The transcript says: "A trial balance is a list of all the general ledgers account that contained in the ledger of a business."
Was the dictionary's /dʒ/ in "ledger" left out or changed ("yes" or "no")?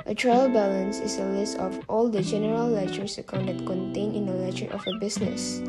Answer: yes